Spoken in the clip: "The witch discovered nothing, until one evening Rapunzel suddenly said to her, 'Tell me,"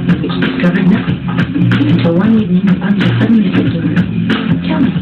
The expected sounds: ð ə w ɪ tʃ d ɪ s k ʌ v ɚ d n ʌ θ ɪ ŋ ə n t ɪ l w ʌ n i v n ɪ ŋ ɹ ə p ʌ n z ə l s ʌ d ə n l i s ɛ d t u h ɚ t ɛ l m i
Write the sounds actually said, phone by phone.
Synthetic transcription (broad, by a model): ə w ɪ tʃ d ɪ s k ʌ v ɚ d n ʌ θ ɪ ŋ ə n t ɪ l w ʌ n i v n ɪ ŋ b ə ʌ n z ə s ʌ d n i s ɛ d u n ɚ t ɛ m